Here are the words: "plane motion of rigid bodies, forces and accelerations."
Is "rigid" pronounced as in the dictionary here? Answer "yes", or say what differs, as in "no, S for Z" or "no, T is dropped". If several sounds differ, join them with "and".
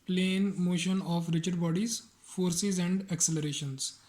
no, CH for JH